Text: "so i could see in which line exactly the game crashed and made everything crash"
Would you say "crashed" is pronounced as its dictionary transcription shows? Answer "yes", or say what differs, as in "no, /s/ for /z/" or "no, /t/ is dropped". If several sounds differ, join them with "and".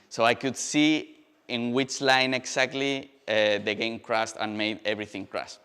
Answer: no, /s/ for /ʃ/